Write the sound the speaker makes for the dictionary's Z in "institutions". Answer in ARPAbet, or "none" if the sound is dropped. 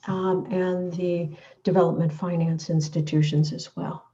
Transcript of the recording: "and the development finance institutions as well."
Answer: Z